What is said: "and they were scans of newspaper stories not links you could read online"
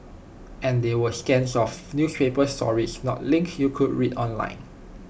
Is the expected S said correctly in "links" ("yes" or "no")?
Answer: no